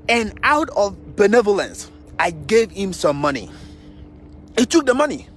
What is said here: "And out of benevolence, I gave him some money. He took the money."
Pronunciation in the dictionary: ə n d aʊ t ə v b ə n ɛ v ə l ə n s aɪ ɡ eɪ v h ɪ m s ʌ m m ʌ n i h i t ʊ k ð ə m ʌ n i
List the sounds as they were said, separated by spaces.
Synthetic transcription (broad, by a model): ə n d aʊ t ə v b ə n ɛ v ə l ə n s aɪ ɡ eɪ v h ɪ m s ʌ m m ʌ n i h i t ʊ k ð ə m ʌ n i